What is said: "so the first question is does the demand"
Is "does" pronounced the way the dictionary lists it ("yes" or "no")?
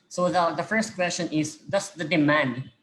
no